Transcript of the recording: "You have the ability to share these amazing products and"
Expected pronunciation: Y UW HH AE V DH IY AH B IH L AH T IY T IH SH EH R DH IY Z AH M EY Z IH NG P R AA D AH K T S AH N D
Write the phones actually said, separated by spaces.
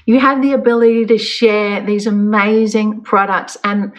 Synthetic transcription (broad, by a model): Y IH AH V DH IY AH B IH L AH T IY T IH SH EH R DH IY Z AH M EY Z IH NG P R AA D AH K T S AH N